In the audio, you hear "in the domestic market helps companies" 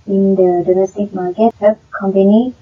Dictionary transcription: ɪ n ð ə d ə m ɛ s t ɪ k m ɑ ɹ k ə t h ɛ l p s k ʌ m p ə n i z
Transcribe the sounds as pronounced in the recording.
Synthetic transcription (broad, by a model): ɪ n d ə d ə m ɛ s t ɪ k m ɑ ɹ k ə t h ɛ p k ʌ m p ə n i